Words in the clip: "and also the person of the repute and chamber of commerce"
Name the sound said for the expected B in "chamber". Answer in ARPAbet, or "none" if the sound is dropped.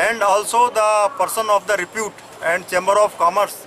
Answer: B